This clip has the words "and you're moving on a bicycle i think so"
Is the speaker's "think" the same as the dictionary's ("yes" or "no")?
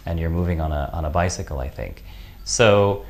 yes